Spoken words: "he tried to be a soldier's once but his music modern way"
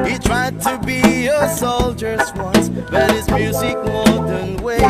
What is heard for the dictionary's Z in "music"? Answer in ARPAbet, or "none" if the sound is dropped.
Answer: Z